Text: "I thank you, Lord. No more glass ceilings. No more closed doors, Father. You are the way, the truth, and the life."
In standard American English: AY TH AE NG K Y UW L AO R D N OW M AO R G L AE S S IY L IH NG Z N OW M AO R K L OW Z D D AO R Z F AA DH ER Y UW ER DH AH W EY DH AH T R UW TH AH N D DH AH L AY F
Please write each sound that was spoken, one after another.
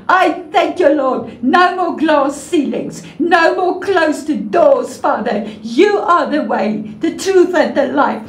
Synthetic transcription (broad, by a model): AY TH AE NG K Y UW L AO D N OW M AO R G L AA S S IY L IH NG Z N OW M AO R K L OW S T D AO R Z F AA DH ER Y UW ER DH AH W EY DH AH T R UW TH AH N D DH AH L AY F